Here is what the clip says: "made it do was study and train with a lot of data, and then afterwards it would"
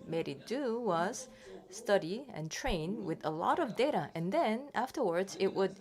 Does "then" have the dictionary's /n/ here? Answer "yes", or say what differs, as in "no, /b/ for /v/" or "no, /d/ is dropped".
yes